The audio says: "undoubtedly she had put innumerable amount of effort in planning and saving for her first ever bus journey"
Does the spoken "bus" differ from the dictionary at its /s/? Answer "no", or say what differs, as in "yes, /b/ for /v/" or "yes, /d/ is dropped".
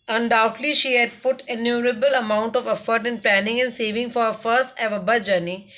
yes, /s/ is dropped